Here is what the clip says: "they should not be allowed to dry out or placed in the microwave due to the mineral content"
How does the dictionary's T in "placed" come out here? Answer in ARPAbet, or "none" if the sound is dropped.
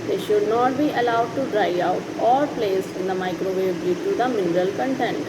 none